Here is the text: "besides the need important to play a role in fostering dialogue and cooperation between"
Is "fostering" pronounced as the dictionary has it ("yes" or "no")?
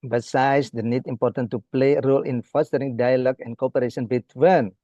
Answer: yes